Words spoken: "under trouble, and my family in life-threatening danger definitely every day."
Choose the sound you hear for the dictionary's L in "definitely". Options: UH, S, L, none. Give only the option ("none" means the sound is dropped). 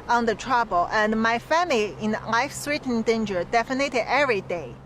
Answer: none